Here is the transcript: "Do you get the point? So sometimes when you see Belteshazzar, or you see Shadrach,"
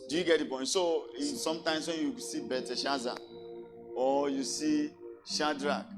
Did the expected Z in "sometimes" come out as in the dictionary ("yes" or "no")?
no